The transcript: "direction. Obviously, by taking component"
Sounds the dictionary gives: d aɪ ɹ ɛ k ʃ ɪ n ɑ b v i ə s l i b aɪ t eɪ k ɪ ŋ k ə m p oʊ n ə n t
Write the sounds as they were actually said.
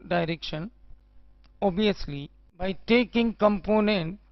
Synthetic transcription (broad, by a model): d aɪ ɹ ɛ k ʃ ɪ n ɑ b i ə s l i b aɪ t eɪ k ɪ ŋ k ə m p oʊ n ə n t